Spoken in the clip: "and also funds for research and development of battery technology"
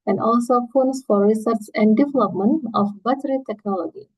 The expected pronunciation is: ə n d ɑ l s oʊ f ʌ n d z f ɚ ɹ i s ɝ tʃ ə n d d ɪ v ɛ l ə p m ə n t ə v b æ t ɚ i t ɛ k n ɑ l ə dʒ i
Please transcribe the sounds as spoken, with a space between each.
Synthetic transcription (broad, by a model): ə n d ɑ l s oʊ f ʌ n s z f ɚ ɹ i s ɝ s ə n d d ɪ v ɛ l ə p m ə n t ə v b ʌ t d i t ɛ k n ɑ l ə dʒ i